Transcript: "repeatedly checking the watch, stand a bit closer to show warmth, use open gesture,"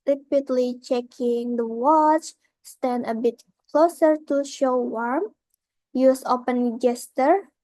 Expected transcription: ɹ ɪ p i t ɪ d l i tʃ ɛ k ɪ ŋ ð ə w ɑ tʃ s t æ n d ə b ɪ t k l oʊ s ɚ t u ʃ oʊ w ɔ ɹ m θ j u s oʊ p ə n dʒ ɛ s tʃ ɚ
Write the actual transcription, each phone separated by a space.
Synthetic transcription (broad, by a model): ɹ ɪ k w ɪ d l i tʃ ɛ k ɪ ŋ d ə w ɑ tʃ s t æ n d ə b ɪ t k l oʊ s ɚ t u ʃ oʊ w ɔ ɹ m j u s oʊ p ə n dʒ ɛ s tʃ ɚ